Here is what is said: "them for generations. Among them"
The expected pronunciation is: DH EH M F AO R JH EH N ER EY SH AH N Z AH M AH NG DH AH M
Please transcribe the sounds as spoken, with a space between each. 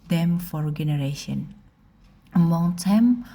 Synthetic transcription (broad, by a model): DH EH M F AO R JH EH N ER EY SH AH N AH M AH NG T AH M